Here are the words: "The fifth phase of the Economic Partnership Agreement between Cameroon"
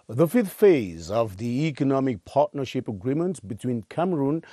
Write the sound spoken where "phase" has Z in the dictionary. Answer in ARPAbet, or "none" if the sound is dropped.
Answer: Z